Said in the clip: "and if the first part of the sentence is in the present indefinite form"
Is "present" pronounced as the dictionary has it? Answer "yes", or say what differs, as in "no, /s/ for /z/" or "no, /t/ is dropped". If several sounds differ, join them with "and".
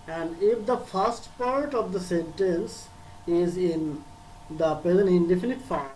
no, /t/ is dropped